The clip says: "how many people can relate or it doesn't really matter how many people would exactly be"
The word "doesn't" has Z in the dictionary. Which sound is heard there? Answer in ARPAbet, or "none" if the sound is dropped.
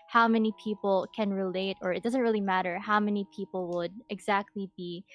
Z